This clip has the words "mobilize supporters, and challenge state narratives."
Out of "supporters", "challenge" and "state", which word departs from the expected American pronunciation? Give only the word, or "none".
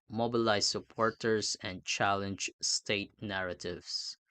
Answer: supporters